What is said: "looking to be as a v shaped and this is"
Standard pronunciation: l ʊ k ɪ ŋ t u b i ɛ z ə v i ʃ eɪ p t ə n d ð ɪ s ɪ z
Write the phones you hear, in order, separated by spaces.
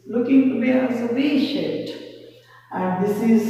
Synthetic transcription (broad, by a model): l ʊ k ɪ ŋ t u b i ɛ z ə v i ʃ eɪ t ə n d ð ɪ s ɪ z